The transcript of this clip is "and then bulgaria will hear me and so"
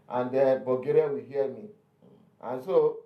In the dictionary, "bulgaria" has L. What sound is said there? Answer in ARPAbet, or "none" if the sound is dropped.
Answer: none